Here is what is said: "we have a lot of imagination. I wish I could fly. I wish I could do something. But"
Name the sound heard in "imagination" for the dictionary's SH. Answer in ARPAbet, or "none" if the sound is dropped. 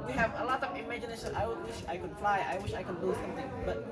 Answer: S